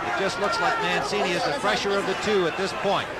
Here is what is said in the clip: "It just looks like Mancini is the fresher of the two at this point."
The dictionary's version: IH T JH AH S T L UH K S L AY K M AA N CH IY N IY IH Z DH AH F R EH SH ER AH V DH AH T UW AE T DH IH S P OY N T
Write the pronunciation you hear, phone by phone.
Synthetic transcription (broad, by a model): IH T JH AH S T L UH K S L AY K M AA N S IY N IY IH Z DH AH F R EH SH ER AH V DH AH T UW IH T DH IH S P OY N T